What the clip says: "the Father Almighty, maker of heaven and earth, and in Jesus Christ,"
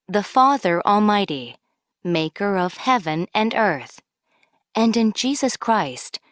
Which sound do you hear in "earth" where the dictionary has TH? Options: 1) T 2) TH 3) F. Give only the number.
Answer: 2